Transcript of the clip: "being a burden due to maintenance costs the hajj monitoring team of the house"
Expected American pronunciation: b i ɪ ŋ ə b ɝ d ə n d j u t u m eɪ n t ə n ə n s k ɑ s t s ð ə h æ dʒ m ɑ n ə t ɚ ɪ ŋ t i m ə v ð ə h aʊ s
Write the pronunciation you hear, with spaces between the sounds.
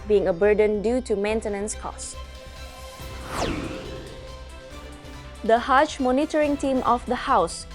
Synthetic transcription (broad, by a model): b i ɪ ŋ ə b ɝ d ə n d j u t u m eɪ n t ə n ə n s k ɑ s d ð ə h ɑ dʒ m ɑ n ə t ɚ ɪ ŋ t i m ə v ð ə h aʊ s